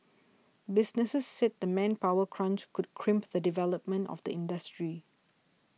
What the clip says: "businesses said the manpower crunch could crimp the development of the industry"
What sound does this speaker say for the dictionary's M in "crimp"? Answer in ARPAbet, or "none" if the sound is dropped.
M